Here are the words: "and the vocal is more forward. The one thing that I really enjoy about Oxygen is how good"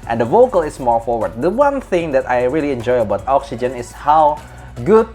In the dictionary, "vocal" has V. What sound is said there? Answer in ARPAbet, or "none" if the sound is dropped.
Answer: V